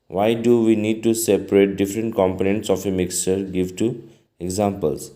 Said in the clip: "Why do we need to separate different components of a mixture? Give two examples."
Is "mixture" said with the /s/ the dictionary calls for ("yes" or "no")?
yes